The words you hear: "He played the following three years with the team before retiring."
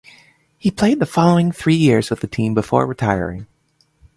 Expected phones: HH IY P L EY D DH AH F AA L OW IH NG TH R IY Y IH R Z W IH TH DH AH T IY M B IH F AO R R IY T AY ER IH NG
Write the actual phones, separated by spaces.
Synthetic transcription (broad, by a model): HH IY P L EY D DH AH F AA L OW IH NG TH R IY Y IH R Z W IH DH AH T IY M B IH F AO R R IY T AY ER IH NG